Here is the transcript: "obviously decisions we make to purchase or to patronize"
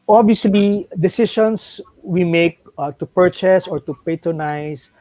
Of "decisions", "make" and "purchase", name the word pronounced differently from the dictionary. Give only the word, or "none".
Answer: decisions